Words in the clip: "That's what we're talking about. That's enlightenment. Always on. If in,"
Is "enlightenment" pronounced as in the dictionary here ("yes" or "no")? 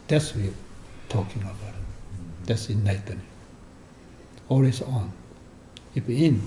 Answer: no